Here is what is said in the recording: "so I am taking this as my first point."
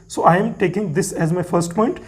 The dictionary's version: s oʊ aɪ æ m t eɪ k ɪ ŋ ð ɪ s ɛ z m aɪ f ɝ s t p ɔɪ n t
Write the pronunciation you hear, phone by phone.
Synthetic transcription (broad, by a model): s oʊ aɪ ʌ m t eɪ k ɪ ŋ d ɪ s ɛ z m aɪ f ɝ s t p ɔɪ n t